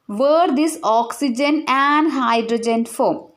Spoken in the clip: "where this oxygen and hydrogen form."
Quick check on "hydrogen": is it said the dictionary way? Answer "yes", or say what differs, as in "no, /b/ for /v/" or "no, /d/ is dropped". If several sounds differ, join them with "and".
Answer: yes